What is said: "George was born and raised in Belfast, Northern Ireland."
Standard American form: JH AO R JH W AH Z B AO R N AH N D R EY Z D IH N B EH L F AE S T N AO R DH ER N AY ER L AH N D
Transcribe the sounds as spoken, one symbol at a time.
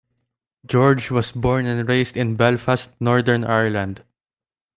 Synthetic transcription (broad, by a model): JH AO R JH W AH S B AO R N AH N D R EY S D IH N B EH L F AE S T N AO R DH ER N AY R L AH N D